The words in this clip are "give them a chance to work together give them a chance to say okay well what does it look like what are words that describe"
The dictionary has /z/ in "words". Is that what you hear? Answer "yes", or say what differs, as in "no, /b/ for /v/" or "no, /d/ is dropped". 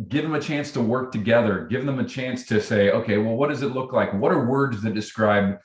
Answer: yes